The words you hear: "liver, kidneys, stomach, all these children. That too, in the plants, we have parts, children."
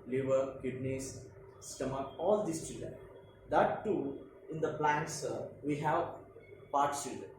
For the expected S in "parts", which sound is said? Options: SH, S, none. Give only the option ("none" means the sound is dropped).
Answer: none